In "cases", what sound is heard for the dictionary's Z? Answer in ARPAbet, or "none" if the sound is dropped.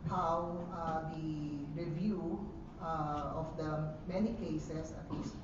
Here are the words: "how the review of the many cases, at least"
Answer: S